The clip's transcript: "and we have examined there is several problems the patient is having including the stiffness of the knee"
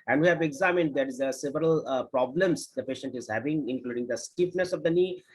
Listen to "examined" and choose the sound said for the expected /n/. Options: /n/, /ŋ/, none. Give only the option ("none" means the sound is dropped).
/n/